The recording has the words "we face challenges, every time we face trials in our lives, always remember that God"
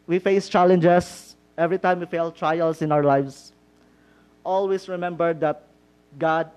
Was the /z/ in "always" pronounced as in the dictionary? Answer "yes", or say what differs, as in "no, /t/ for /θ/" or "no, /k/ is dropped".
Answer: no, /s/ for /z/